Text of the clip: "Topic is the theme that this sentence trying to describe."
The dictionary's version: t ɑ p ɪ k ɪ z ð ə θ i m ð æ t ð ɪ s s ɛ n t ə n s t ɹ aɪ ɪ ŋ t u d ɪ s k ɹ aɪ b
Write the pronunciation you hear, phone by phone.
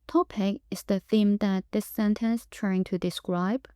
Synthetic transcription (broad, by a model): t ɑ p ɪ k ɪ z ð ə θ i m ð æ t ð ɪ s s ɛ n t ə n s t ɹ aɪ ɪ ŋ t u d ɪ s k ɹ aɪ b